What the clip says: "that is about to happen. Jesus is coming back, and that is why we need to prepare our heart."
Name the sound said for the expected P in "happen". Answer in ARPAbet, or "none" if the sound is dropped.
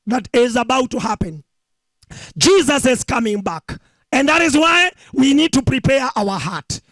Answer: P